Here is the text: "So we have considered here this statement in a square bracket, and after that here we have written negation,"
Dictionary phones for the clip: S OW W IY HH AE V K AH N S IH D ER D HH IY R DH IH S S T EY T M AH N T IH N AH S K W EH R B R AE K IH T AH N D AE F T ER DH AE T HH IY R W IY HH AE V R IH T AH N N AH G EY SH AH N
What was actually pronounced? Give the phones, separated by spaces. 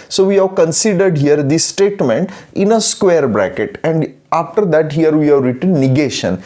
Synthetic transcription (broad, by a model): S OW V IY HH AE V K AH N S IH D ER D HH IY R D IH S S T EY T M AH N T IH N AH S K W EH R B R AE K IH T AH N D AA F T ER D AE T HH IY R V IY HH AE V R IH T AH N N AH G EY SH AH N